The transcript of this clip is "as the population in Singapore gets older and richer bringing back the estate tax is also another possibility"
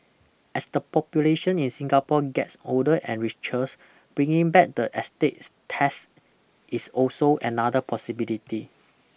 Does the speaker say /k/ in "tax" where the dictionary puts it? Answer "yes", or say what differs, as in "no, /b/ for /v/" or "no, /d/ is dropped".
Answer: no, /k/ is dropped